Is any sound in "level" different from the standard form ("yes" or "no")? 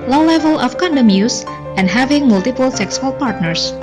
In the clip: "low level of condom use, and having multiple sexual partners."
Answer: no